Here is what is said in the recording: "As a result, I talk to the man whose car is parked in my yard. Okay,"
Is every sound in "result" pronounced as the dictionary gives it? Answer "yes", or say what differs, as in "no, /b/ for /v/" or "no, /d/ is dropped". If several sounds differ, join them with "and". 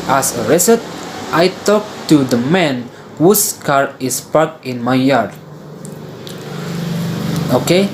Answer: no, /s/ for /z/ and /l/ is dropped